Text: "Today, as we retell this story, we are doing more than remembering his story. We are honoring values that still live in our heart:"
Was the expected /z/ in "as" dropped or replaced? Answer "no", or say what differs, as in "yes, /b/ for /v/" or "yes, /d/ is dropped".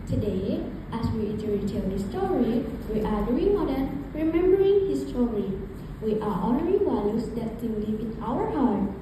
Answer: yes, /s/ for /z/